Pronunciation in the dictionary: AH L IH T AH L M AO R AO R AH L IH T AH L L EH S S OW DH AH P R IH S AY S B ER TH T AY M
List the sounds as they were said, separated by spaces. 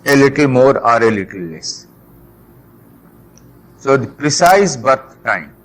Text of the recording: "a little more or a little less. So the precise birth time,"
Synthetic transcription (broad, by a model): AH L IH T AH L M AO R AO R AH L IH T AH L L EH S S OW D P R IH S AY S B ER T T AY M